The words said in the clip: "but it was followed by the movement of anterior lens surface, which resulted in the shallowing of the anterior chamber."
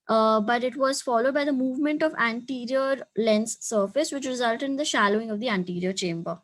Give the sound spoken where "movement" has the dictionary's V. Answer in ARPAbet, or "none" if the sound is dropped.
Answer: V